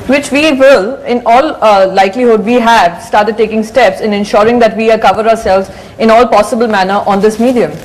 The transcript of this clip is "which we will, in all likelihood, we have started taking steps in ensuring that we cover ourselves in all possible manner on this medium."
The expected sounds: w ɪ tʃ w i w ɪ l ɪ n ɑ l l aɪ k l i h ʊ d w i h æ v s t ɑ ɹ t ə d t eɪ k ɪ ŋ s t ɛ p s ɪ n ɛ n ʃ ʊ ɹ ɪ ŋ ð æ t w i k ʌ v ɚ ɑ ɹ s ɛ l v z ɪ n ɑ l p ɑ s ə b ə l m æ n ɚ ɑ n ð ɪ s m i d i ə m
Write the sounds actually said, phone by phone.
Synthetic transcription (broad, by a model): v ɪ tʃ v i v ɪ l ɪ n ɑ l l aɪ k l i h ʊ d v i h æ v s t ɑ ɹ t ə d t eɪ k ɪ ŋ s t ɛ p s ɪ n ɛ n ʃ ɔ ɹ ɪ ŋ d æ t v i k ʌ v ɚ ɑ ɹ s ɛ l v z ɪ n ɑ l p ɑ s ə b ə l m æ n ɚ ɑ n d ɪ s m i d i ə m